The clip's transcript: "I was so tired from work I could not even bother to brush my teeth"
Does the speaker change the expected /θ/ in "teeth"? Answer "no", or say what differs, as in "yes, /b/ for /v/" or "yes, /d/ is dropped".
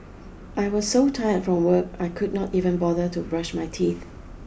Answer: no